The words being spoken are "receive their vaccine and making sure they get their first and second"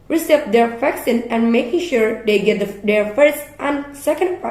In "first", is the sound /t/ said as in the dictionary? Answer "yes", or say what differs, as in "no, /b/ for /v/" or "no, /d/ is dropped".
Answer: yes